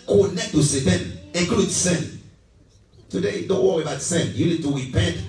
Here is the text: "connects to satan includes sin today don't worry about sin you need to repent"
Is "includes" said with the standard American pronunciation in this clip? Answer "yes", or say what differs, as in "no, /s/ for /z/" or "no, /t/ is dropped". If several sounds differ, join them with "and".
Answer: no, /n/ is dropped